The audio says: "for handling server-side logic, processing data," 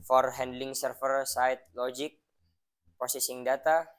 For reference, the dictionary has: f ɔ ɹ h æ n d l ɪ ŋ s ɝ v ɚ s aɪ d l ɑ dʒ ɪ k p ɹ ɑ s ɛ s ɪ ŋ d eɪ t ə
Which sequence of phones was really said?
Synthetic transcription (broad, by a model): f ɔ ɹ h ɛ n d l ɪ ŋ s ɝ f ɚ s aɪ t l ɑ dʒ ɪ k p ɑ s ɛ s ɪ ŋ d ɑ t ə